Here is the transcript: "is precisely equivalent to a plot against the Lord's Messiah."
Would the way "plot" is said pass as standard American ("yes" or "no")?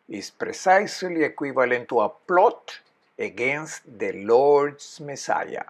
yes